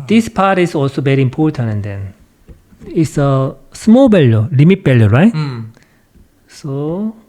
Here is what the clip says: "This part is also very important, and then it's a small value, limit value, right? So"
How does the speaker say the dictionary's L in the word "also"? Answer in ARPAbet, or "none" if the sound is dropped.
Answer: L